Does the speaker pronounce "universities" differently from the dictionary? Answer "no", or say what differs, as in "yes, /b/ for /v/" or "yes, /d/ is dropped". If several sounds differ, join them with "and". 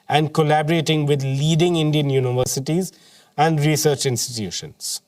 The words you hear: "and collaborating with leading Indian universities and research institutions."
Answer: no